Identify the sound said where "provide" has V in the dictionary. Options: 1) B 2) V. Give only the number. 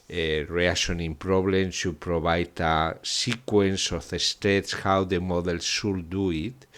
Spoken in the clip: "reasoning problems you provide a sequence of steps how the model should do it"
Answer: 1